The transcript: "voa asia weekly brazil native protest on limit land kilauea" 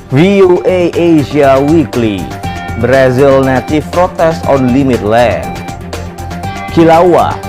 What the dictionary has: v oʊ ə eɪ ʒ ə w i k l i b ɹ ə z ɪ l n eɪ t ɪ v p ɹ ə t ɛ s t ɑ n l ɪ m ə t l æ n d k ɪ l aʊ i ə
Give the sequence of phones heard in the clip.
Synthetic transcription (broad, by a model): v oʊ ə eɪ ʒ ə w i k l i b ɹ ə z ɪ l n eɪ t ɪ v p ɹ ə t ɛ s t ɑ n l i m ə t l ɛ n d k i l aʊ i